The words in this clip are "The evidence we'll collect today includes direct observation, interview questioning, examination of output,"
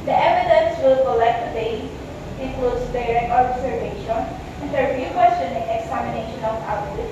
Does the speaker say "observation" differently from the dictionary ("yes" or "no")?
yes